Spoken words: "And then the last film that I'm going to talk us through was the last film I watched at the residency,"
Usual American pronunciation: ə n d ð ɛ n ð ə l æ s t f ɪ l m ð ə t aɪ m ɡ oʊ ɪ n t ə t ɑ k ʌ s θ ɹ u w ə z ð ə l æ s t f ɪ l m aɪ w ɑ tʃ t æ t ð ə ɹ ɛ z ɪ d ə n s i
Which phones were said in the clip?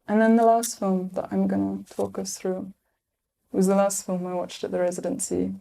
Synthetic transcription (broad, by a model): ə n ð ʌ n ð ə l æ s t f ɪ l m ð ə t aɪ m ɡ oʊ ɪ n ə t ɑ k ʌ s θ ɹ u w ə z ð ə l æ s t f ɪ l m aɪ w ɑ tʃ t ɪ t ð ə ɹ ɛ z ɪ d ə n s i